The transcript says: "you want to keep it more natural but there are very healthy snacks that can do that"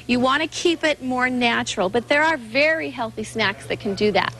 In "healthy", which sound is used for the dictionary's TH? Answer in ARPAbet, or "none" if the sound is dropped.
TH